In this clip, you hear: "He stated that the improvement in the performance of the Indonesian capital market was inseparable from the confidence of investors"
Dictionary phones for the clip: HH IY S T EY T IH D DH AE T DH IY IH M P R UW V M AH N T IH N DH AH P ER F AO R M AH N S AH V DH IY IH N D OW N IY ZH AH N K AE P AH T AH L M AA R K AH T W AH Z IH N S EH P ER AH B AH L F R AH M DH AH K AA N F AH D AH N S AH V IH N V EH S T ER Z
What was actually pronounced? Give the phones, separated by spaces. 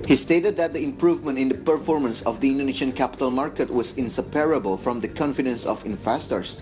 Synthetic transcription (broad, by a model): HH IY S T EY T IH D DH AE T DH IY IH M P R UW V M AH N T IH N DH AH P ER F AO R M AH N S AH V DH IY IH N D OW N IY SH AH N K AE P AH T AH L M AA R K AH T W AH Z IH N S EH P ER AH B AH L F R AH M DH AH K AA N F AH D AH N S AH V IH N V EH S T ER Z